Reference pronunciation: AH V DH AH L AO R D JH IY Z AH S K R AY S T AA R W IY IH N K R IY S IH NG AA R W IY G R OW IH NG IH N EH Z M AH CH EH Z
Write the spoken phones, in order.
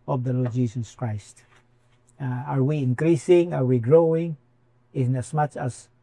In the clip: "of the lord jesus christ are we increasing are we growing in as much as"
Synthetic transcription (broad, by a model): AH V DH AH L AO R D JH IY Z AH S K R AY S T AA R W IY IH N K R IY S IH NG AA R W IY G R OW IH NG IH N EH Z M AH CH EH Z